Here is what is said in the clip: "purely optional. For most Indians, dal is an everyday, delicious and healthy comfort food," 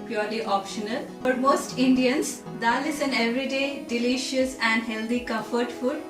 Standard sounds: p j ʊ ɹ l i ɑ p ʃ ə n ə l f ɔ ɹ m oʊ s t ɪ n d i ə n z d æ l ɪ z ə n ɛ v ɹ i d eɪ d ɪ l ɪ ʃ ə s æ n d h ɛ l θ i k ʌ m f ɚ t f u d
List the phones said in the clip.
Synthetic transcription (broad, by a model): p j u ɹ l i ɑ p ʃ ə n ə l f ɔ ɹ m oʊ s t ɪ n d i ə n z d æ l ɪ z ə n ɛ v ɹ i d eɪ d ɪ l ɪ ʃ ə s æ n d h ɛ l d i k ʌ f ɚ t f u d